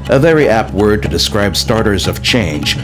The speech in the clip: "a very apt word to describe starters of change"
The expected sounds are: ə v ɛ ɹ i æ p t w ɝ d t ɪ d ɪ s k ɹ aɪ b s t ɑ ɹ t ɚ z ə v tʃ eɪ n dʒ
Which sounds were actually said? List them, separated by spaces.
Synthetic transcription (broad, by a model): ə v ɛ ɹ i æ p t w ɝ d t ɪ d ɪ s k ɹ aɪ b s t ɑ ɹ t ɚ z ə v tʃ eɪ n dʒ